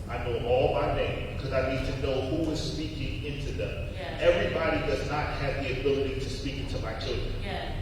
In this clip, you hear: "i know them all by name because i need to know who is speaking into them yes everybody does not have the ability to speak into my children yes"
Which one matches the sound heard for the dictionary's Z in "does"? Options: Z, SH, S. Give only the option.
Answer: Z